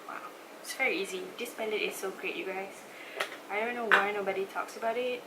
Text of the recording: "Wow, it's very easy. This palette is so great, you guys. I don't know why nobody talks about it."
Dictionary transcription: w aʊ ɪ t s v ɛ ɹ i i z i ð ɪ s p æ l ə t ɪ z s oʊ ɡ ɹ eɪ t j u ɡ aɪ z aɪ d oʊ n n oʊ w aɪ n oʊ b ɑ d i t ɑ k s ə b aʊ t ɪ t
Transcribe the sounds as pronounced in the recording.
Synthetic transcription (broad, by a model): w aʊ ɪ t s v ɛ ɹ i i z i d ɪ s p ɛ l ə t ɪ s oʊ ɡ ɹ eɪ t j u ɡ aɪ s aɪ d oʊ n n oʊ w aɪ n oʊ b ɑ d i t ɑ k s ə b aʊ t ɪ t